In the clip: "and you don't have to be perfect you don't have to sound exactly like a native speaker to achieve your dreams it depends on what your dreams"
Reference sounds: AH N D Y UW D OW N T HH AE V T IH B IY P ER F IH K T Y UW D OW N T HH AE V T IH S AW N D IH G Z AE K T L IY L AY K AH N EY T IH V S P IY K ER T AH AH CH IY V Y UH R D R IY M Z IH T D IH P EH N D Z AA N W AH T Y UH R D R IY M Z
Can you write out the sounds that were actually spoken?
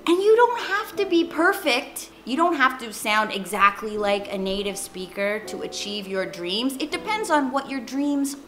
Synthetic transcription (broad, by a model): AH N Y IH D OW N T HH AE F T IH B IY P ER F IH K T Y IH D OW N T HH AE F T IH S AW N D IH G Z AE K T L IY L AY K AH N EY T IH V S P IY K ER T AH AH CH IY V Y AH R D R IY M Z IH T D IH P EH N D Z N W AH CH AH R D R IY M Z